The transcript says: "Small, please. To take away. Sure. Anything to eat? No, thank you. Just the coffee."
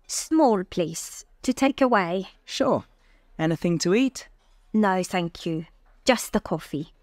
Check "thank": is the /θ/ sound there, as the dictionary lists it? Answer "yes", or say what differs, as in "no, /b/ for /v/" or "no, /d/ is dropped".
yes